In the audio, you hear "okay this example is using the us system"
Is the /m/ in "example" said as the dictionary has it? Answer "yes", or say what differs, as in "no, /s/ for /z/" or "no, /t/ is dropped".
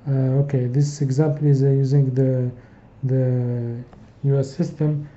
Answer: yes